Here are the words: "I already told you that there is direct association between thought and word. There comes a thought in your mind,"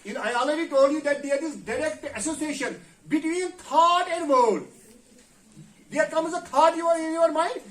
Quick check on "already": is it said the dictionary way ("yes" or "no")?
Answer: no